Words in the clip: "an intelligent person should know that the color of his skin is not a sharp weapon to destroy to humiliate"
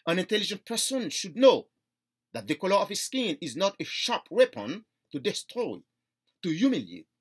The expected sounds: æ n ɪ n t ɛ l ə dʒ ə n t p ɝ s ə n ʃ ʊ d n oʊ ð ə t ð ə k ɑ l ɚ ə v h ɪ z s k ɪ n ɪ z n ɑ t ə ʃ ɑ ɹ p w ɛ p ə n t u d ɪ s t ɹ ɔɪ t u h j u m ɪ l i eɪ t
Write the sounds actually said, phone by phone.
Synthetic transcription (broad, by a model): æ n ɪ n t ɛ l ə dʒ ə n t p ɝ s ə n ʃ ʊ d n oʊ ð ə t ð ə k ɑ l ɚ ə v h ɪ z s k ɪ n ɪ z n ɑ t ə ʃ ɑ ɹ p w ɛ p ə n t u d ɪ s t ɹ ɔɪ t u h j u m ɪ l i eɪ t